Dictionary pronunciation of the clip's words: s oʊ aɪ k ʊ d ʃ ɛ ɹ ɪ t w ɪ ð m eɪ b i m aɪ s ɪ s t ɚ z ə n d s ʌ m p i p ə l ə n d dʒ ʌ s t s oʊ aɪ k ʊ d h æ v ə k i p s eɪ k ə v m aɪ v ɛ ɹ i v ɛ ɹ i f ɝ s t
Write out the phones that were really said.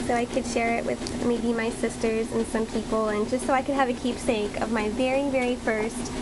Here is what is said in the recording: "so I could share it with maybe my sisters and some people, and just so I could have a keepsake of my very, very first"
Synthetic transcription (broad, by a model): s oʊ aɪ k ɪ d ʃ ɛ ɹ ɪ t w ɪ ð m eɪ b i m aɪ s ɪ s t ɚ z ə n s ʌ m p i p l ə n dʒ ʌ s t s oʊ aɪ k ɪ d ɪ v ə k i p s eɪ k ə v m aɪ v ɛ ɹ i v ɛ ɹ i f ɝ s t